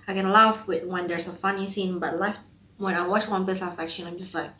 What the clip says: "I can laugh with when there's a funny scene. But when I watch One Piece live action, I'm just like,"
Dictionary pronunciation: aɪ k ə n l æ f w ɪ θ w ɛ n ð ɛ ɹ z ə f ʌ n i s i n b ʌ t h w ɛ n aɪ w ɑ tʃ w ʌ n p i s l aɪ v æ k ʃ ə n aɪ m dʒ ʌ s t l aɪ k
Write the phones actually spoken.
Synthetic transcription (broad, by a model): aɪ k ə n l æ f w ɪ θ w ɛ n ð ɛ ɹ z ə f ʌ n i s i n b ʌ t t w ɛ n aɪ w ɑ tʃ w ʌ n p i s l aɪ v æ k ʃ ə l aɪ m dʒ ʌ s t l aɪ k